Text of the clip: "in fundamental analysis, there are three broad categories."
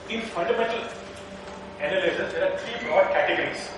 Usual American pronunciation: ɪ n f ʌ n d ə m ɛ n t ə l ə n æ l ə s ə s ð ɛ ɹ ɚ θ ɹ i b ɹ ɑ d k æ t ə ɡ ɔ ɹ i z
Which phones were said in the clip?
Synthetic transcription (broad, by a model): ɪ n f ʌ n d ə m ɛ n t ə l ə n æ l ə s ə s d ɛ ɹ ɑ t ɹ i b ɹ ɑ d k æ t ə ɡ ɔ ɹ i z